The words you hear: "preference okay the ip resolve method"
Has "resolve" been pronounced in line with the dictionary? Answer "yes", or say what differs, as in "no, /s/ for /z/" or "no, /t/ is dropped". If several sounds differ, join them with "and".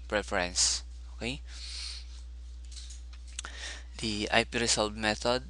no, /s/ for /z/